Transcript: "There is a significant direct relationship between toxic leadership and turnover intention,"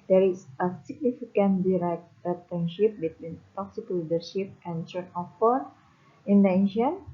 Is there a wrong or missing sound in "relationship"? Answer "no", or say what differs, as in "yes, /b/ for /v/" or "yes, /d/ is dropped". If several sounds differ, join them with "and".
yes, /l/ is dropped